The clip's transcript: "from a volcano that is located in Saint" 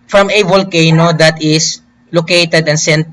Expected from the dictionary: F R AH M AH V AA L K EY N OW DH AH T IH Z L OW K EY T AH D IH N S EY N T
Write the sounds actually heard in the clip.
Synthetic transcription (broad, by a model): F R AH M AH V AA L K EY N OW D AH T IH S L OW K EY T AH D IH N S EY N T